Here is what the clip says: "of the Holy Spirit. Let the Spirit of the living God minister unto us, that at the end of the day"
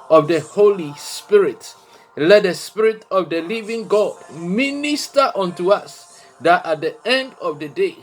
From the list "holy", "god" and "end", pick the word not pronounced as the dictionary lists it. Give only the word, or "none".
none